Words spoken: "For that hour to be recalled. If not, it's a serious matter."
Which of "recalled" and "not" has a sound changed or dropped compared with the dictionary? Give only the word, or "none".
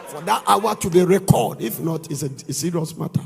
recalled